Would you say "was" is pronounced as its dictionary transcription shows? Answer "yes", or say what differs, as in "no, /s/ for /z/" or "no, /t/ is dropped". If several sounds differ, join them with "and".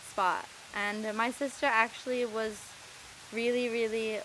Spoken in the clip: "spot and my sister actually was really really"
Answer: yes